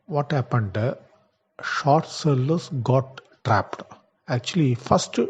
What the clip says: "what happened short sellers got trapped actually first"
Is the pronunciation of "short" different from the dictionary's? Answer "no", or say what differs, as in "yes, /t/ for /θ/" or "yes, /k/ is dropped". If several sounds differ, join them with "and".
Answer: no